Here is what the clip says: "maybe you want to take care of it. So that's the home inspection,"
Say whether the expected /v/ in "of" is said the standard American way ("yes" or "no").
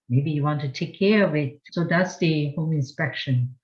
yes